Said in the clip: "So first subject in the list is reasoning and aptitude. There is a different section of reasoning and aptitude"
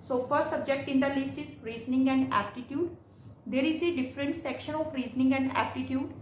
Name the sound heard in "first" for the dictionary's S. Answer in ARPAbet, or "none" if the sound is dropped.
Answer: none